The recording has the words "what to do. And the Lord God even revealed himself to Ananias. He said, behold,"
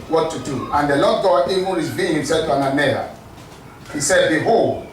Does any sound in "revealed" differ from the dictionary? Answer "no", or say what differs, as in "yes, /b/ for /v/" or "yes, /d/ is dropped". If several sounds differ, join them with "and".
yes, /b/ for /v/